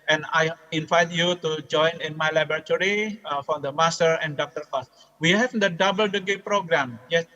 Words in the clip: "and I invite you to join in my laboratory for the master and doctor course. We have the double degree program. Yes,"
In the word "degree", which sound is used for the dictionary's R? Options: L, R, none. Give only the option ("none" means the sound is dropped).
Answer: none